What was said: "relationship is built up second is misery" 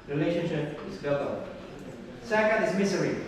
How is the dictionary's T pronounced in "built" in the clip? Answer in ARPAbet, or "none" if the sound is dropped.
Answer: none